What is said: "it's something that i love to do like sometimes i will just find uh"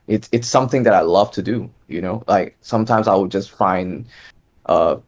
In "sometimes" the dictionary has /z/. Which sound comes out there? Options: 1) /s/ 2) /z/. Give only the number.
2